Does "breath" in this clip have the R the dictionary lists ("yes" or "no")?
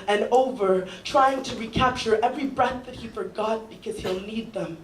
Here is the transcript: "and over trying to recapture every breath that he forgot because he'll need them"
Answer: yes